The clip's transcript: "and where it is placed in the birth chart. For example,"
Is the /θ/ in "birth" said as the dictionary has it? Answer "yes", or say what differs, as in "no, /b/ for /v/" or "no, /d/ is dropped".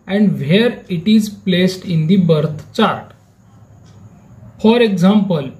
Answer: no, /t/ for /θ/